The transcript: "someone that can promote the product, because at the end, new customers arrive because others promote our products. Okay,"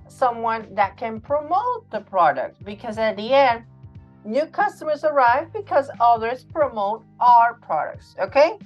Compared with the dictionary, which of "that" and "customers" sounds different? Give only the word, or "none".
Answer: none